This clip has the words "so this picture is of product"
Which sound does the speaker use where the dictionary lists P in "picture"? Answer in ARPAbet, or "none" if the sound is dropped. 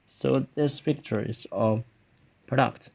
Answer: F